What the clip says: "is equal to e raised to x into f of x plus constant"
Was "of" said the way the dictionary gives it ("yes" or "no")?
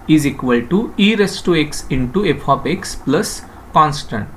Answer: no